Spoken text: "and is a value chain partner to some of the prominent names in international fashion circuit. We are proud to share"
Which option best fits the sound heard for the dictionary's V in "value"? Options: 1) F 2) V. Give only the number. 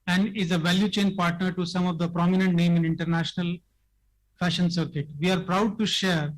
2